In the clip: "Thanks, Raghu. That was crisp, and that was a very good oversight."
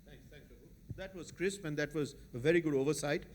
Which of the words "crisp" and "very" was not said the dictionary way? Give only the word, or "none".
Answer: none